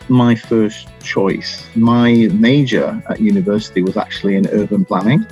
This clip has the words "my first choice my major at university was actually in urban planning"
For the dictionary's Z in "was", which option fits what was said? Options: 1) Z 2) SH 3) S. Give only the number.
1